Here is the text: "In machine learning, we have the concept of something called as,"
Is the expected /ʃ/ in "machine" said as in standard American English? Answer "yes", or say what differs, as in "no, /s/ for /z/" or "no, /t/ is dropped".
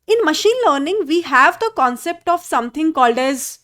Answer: yes